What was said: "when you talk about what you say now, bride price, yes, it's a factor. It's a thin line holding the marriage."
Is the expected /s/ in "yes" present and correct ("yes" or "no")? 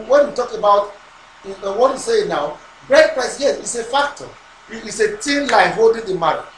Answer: no